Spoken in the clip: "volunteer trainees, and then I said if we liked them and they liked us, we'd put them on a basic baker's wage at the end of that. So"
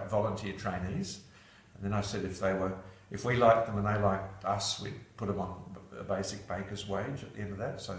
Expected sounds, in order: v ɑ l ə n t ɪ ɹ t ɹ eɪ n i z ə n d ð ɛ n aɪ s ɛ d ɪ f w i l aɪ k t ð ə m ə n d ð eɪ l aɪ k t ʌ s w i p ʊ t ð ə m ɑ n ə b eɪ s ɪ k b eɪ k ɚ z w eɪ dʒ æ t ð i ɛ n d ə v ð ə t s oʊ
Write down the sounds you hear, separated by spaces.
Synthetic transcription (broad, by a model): v ɑ l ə n t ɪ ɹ t ɹ eɪ n i z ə n ð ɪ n aɪ s ɛ d ɪ f w i l aɪ k ð ə m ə n ð eɪ l aɪ k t ʌ s w i p ʊ t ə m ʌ n ə b eɪ s ɪ k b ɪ k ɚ z w eɪ dʒ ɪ t ð i ɛ n d ə v ð ə t s oʊ